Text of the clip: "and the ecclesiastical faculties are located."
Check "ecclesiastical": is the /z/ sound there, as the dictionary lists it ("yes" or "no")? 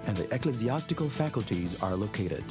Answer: yes